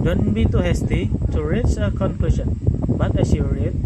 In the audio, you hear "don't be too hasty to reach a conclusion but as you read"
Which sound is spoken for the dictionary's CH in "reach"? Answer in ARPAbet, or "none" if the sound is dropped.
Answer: S